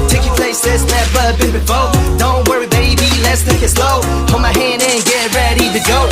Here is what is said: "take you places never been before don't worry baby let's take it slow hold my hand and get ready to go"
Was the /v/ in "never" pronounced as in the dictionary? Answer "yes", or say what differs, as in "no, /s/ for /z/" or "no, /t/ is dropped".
no, /p/ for /v/